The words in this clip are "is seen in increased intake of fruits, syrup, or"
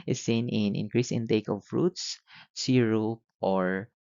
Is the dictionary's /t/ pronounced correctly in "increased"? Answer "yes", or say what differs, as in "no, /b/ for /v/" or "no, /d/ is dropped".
no, /t/ is dropped